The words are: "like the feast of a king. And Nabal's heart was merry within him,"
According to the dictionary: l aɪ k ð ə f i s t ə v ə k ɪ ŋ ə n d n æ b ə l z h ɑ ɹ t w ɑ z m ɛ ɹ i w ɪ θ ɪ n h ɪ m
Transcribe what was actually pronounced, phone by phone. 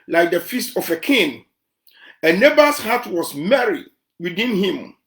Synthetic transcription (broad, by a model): l aɪ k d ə f i s t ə f ə k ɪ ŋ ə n n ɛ b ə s h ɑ t w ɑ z m ɛ ɹ i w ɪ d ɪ n h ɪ m